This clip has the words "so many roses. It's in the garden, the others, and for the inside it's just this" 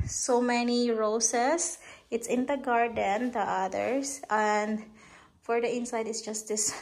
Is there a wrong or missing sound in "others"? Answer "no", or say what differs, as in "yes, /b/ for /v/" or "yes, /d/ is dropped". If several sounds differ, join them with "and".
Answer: yes, /s/ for /z/